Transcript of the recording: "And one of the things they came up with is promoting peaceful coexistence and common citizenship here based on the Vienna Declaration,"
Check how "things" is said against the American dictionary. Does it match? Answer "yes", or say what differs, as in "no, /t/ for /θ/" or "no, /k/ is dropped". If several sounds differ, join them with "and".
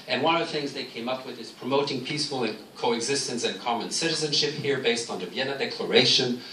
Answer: yes